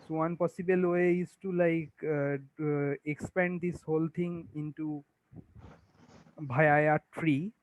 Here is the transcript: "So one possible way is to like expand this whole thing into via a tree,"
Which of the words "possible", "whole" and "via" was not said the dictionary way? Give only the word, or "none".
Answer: via